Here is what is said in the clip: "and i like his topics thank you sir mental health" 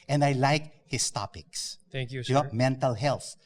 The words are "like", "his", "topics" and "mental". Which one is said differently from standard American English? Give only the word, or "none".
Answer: his